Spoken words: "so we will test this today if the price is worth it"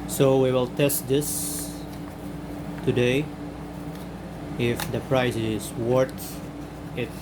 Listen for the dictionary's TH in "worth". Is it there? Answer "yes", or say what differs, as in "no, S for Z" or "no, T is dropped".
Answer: no, T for TH